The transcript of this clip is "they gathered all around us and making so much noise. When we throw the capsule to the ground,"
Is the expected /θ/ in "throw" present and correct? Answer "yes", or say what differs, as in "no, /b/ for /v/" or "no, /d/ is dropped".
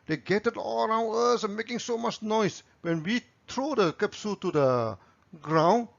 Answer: no, /t/ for /θ/